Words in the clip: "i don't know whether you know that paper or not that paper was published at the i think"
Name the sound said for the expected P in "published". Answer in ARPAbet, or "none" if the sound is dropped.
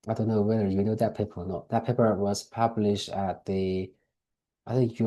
P